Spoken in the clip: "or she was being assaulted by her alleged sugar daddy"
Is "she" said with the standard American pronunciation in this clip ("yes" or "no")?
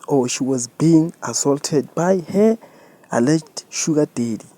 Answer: yes